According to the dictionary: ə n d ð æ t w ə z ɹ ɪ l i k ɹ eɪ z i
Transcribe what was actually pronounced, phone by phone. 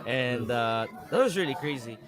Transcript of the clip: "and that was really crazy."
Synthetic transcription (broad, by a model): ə n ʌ ð æ t w ə z ɹ ɪ l i k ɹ eɪ z i